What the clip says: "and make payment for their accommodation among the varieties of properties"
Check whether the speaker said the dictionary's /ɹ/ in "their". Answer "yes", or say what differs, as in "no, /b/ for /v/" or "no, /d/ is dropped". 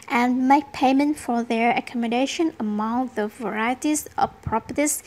yes